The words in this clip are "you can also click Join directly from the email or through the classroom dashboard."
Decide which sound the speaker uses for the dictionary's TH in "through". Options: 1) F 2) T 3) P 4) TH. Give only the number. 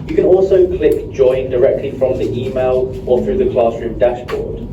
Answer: 4